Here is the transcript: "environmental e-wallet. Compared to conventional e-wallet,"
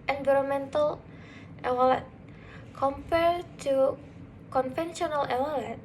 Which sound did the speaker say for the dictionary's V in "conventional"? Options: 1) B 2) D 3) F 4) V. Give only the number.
3